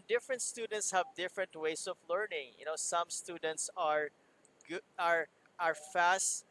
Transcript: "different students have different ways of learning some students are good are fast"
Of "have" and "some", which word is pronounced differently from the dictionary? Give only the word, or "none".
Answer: none